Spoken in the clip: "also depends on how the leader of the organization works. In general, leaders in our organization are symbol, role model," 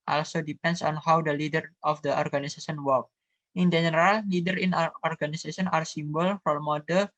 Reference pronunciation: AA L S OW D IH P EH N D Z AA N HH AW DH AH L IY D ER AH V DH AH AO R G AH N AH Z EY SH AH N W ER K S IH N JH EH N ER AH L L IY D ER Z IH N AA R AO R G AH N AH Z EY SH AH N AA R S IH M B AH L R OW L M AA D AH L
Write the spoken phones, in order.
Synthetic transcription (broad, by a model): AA L S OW D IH P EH N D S AA N HH AW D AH L IY D ER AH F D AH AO R G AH N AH S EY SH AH N W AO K IH N JH EH N ER AH L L IY D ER IH N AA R AO R G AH N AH S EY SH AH N AA R S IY M B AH L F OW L M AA D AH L